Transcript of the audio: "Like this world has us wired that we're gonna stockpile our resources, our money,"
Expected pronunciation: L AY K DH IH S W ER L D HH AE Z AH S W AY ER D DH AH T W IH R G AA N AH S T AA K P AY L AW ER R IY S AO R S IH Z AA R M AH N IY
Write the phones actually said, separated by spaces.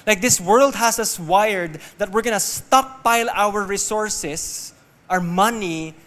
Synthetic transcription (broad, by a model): L AY K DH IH S W ER L D HH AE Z AH S W AY ER D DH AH T W IH R G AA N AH S T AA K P AY L AW ER R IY S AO R S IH S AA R M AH N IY